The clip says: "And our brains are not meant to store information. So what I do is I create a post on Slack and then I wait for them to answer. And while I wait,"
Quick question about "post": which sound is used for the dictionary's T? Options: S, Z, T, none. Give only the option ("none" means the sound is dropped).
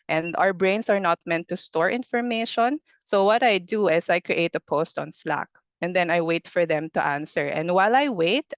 T